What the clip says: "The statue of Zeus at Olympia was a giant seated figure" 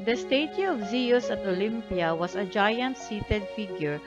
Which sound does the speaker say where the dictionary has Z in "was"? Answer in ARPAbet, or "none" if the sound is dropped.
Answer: S